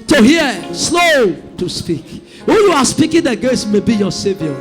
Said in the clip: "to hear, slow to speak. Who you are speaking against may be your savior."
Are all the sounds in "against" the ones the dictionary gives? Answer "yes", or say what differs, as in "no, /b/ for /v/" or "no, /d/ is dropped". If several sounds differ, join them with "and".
no, /n/ is dropped